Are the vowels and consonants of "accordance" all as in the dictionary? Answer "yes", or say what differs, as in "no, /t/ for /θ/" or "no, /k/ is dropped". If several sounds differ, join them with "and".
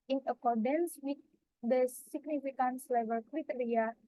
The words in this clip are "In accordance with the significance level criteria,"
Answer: yes